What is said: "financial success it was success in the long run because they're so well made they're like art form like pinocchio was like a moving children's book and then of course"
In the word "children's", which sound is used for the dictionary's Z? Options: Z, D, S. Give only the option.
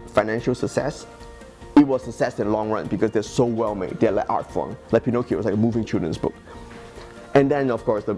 S